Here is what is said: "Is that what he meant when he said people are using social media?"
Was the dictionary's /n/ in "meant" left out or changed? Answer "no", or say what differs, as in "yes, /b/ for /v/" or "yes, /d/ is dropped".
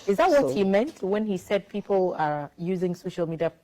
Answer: no